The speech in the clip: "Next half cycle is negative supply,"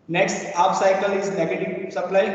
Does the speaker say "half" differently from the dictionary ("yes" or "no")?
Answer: yes